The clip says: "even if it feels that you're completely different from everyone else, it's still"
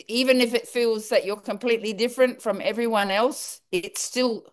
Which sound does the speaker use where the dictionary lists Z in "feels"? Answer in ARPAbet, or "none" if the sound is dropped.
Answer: Z